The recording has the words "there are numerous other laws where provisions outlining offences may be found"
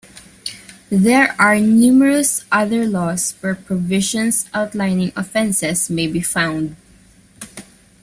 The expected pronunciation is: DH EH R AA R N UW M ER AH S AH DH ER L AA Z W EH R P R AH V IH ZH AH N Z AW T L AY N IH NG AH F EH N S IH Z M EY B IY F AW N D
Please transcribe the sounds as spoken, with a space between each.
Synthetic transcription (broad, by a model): DH EH R AA R N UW M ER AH S AH DH ER L AA S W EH R P R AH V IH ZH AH N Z AW T L AY N IH NG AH F EH N S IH S M EY B IY F AW N D